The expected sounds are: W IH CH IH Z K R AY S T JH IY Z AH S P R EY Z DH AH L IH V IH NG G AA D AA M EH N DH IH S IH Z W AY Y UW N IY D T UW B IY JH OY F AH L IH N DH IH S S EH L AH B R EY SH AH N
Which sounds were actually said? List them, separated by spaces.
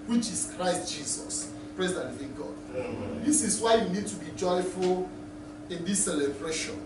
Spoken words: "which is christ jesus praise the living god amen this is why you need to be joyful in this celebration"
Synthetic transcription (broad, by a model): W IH CH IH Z K R AY S T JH IY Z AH S P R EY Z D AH N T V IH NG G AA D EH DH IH S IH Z W AY Y UW N IY D T UW B IY JH OY F AH L IH N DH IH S S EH L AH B R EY SH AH N